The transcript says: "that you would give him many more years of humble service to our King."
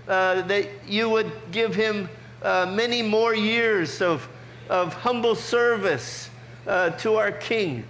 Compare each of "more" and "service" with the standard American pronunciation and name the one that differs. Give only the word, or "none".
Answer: none